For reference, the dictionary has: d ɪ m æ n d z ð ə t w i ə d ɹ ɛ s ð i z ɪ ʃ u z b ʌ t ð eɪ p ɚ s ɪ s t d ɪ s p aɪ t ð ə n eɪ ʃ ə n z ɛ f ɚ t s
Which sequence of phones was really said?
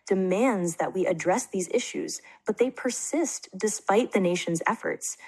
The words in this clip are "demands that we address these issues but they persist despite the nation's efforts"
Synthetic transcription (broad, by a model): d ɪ m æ n d z ð ə t w i ə d ɹ ɛ s ð i z ɪ ʃ u z b ʌ t ð eɪ p ɚ s ɪ s t d ɪ s p aɪ t ð ə n eɪ ʃ ə n z ɛ f ɚ t s